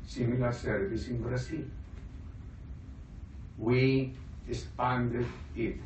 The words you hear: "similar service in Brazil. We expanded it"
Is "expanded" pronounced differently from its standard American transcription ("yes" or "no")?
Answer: yes